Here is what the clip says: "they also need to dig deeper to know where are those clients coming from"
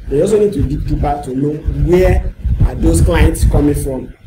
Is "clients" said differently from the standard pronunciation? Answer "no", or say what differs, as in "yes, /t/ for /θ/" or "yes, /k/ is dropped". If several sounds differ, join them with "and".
no